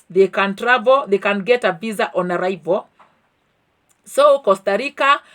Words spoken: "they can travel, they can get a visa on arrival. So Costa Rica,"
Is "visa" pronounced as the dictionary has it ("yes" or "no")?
no